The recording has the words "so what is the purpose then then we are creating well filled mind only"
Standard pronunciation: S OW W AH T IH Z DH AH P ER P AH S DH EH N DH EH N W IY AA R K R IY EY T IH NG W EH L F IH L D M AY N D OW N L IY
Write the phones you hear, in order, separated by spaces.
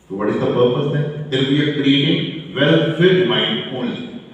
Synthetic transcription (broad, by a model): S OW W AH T IH Z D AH P ER P AH S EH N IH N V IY AA R K R IY EY T IH NG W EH L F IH D M AY N D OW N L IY